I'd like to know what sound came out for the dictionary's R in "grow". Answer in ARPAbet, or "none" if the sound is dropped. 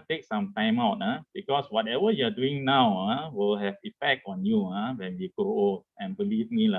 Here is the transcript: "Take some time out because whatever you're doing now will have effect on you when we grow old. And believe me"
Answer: none